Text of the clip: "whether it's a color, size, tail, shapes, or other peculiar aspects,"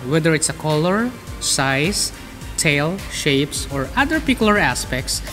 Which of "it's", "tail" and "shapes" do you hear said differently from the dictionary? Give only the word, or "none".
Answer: none